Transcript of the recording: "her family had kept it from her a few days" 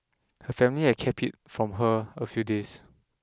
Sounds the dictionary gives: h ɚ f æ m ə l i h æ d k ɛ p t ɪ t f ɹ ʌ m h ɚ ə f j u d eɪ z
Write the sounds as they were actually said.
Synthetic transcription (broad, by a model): h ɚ f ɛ m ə l i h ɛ k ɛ p ɪ t f ɹ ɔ m h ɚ ə f j u d eɪ s